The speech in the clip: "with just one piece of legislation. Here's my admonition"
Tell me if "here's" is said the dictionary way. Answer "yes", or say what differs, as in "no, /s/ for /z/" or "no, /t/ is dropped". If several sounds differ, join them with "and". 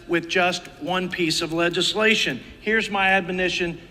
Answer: yes